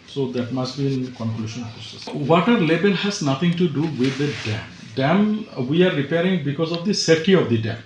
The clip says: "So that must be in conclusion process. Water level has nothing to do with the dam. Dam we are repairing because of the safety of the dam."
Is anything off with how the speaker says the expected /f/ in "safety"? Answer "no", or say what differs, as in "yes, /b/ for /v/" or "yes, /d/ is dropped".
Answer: yes, /f/ is dropped